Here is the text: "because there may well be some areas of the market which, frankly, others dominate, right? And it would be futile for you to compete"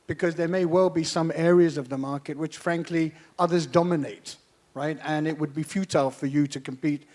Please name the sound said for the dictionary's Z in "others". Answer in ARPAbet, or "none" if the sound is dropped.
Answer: Z